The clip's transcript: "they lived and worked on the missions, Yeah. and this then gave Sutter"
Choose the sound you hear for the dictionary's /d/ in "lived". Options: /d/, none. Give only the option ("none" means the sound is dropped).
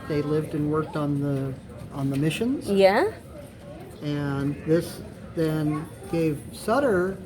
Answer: /d/